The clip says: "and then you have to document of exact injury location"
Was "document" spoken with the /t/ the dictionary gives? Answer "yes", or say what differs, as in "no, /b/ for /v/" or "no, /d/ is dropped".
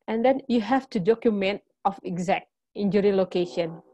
yes